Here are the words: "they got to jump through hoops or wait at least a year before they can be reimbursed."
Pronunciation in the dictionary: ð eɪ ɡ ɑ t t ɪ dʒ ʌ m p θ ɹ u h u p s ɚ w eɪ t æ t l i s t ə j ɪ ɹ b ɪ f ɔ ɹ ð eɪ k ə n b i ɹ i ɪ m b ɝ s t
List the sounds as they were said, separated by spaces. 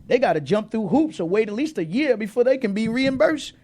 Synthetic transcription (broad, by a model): ð eɪ ɡ ɑ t t ɪ dʒ ʌ m p θ ɹ u h u p s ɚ w eɪ t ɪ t l i s t ə j ɪ ɹ b ɪ f ɔ ɹ ð eɪ k ə n b i ɹ i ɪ m b ɝ s t